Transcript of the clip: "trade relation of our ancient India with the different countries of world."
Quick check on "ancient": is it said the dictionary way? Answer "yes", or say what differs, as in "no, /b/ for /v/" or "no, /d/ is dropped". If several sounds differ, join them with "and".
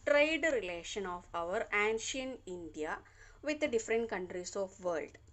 no, /t/ is dropped